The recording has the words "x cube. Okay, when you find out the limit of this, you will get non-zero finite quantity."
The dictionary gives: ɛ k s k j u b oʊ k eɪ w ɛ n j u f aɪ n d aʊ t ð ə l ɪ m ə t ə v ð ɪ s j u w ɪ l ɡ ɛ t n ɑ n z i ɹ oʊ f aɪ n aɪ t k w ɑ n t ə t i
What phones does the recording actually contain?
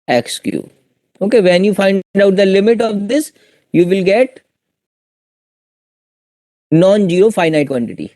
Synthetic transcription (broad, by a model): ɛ k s k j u oʊ k eɪ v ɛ n j u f aɪ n d aʊ t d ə l ɪ m ə t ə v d ɪ s j u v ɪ l ɡ ɛ t n ɑ n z i ɹ oʊ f aɪ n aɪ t k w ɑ n t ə t i